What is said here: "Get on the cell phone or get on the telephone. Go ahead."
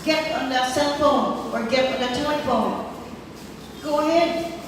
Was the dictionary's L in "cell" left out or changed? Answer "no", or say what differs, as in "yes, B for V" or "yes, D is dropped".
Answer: yes, N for L